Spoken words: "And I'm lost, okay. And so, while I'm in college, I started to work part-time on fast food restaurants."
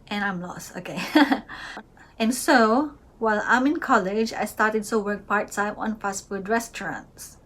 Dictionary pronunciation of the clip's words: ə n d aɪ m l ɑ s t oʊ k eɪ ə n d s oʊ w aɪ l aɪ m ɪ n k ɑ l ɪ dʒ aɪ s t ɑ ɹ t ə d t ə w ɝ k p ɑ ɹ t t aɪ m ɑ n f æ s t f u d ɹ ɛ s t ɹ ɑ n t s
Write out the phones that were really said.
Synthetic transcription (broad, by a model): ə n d aɪ m l ɑ s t oʊ k eɪ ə n s oʊ w aɪ l aɪ m ɪ n k ɑ l ɪ dʒ aɪ s t ɑ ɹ t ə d s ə w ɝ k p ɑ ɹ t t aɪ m ɑ n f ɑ s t f u d ɹ ɛ s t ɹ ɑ n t s